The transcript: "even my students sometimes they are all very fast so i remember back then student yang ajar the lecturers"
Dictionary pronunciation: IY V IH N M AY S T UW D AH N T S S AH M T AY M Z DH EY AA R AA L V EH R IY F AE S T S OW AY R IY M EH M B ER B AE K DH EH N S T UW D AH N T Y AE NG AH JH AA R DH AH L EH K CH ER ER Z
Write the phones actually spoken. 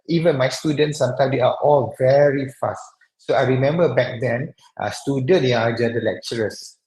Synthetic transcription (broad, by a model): IY V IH N M AY S T UW D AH N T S S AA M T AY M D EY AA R AA L V EH R IY F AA S T S OW AY R IY M EH M B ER B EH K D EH N S T UW D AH N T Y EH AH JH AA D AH L EH K CH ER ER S